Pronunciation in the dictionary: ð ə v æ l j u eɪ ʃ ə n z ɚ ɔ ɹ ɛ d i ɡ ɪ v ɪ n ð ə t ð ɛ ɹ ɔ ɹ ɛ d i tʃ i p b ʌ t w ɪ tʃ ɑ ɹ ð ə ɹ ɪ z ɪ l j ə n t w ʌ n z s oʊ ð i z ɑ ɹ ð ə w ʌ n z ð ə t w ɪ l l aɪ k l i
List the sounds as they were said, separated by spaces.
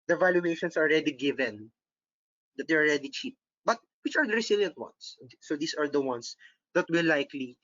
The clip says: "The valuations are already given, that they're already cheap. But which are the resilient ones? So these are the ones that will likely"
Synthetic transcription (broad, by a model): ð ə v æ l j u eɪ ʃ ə n s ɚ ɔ ɹ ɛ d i ɡ ɪ v ɪ n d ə t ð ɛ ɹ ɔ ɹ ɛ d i tʃ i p b ʌ t w ɪ tʃ ɑ ɹ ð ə ɹ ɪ s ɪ l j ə n t w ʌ n s oʊ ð i s ɑ ɹ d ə w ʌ n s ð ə t w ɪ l l aɪ k l i